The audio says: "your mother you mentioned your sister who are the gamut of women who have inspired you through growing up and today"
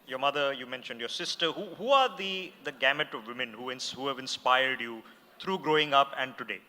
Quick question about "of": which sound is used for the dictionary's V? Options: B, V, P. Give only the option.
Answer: V